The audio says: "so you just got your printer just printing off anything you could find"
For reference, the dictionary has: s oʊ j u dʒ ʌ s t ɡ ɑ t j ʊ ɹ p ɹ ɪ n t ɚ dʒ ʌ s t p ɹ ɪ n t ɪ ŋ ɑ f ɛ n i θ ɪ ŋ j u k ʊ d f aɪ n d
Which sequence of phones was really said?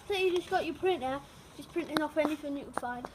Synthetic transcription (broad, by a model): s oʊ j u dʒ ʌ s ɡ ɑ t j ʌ p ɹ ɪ n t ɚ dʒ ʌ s p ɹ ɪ n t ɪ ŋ ɑ f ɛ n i f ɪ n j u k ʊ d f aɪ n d